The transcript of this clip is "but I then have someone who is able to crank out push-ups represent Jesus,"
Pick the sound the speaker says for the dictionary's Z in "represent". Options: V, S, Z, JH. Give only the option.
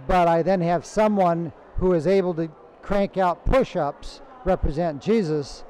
Z